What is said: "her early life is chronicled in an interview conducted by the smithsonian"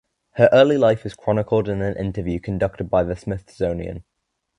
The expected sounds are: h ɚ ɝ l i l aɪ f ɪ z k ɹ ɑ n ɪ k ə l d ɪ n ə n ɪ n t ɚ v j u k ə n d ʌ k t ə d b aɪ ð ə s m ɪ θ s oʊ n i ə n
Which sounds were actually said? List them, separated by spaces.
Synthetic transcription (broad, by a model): h ɚ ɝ l i l aɪ f ɪ z k ɹ ɑ n ɪ k ə l d ɪ n ə n ɪ n t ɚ v j u k ə n d ʌ k t ə d b aɪ ð ə s m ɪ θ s oʊ n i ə n